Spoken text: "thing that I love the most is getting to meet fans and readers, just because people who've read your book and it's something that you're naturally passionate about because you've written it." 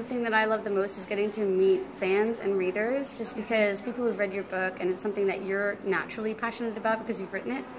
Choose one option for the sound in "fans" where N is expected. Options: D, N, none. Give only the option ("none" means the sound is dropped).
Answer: N